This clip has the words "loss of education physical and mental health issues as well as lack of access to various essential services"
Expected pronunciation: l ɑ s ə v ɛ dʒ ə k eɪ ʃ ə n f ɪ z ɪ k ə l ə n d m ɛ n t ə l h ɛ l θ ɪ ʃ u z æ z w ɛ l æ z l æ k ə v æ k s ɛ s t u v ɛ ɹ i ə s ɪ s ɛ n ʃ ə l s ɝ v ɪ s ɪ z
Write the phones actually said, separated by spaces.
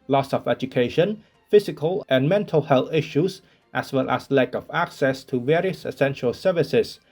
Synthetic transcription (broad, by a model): l ɑ s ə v ɛ dʒ ə k eɪ ʃ ə n f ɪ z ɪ k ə l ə n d m ɛ n t ə l h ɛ l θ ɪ ʃ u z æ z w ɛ l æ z l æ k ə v æ k s ɛ s t u v ɛ ɹ i ə s ɪ s ɛ n ʃ ə l s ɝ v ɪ s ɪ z